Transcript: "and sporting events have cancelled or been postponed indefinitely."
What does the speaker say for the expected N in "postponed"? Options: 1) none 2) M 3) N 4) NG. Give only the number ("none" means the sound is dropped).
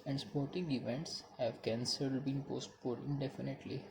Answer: 1